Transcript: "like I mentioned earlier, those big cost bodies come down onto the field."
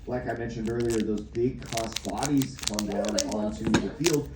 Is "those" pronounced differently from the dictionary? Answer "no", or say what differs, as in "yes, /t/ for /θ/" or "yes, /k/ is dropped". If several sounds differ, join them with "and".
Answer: no